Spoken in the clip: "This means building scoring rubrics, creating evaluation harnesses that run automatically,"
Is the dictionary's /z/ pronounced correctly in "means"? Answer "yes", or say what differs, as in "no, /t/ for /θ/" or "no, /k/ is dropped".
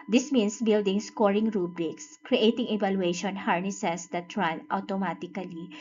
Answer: no, /s/ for /z/